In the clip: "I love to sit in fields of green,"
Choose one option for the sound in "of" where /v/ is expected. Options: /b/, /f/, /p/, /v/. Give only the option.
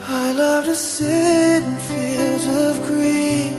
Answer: /v/